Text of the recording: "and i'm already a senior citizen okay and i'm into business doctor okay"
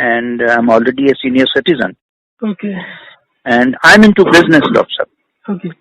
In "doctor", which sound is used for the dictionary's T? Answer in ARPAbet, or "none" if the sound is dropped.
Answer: S